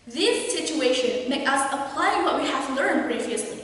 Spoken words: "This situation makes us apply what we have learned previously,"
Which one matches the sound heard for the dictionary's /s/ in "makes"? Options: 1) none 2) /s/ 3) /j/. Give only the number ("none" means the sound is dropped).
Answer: 1